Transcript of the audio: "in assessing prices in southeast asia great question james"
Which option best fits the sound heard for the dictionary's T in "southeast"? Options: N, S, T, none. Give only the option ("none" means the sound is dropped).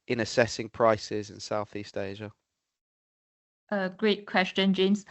T